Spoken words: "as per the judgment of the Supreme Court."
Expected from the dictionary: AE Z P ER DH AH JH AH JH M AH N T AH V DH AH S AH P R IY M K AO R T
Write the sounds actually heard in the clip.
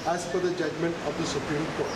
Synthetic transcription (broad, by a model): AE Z F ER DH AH JH AH JH M AH N T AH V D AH S AH P R IY M K AO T